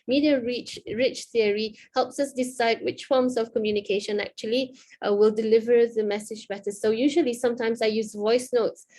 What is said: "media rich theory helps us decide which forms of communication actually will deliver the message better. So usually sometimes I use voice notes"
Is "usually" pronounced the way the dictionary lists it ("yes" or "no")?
yes